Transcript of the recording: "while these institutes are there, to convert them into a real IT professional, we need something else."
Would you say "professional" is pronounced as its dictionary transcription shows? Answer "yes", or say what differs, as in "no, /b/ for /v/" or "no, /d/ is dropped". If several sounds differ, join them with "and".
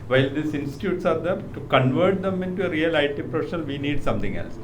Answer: no, /n/ is dropped